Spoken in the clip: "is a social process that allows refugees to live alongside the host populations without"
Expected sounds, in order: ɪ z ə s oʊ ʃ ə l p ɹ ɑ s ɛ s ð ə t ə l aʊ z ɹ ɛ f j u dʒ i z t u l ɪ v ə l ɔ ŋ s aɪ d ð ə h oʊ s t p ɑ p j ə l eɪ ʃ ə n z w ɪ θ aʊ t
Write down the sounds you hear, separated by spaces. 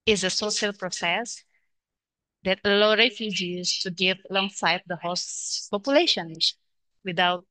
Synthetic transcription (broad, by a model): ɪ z ə s oʊ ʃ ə l p ɹ ɑ s ɛ s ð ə t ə l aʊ ɹ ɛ f j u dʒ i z t u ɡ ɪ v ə l ɔ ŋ s aɪ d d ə h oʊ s p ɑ p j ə l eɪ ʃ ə n w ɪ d aʊ t